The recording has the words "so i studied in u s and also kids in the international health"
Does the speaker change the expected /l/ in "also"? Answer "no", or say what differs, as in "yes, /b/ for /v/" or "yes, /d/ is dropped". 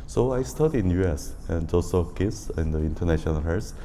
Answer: yes, /l/ is dropped